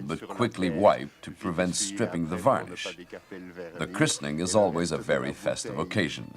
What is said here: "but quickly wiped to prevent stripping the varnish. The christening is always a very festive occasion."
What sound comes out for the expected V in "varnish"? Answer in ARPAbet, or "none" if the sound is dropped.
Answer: V